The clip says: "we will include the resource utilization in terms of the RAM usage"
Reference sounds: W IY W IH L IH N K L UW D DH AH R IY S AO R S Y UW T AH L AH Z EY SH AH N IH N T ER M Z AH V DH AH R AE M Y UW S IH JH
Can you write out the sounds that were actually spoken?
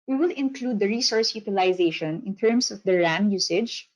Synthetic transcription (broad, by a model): W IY W IH L IH N K L UW D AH R IY S AO R S Y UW T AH L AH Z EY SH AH N IH N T ER M S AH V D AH R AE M Y UW S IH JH